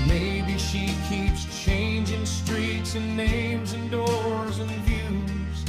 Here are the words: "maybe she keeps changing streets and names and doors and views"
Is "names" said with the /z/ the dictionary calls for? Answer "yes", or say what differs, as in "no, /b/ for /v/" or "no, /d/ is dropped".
yes